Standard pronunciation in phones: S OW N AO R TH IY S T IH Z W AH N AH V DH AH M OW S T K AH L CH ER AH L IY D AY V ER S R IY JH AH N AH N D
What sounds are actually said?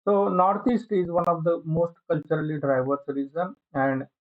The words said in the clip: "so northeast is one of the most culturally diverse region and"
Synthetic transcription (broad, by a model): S OW N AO R T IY S T IH Z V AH N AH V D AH M OW S T K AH L CH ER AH L IY D AY V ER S R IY Z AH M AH N D